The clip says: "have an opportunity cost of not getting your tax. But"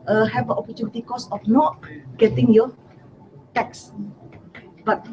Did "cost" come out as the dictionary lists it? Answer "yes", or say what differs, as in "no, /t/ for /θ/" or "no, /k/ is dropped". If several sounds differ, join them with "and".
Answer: no, /t/ is dropped